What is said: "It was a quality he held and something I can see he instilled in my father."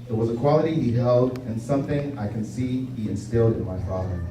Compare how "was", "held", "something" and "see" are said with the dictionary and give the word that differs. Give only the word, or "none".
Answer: none